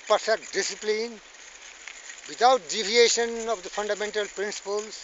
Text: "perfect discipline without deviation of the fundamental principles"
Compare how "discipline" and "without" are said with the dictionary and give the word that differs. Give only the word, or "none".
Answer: without